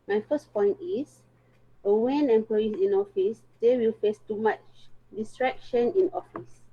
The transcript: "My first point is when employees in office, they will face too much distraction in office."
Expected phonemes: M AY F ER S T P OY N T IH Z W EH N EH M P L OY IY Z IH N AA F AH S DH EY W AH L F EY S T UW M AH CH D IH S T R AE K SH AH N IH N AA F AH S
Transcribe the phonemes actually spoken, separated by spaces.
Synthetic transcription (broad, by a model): M AY F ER S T P OY N T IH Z W EH N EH M P L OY IY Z IH N AA F AH S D EY W AH L F EY S T UW M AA CH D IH S T R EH K SH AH N IH N AA F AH S